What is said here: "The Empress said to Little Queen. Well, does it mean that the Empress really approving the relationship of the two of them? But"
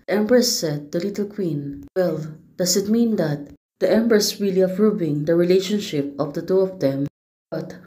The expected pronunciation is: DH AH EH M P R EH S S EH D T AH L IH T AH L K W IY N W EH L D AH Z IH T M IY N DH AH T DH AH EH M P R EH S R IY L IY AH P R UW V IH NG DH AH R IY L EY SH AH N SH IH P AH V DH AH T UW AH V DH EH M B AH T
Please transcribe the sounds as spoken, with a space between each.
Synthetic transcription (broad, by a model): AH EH M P R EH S S EH D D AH L IH T AH L K W IY N W EH L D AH S IH T M IY N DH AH T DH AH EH M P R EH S R IY L IY AH P R UW V IH NG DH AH R IY L EY SH AH N SH IH P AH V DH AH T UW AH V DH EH M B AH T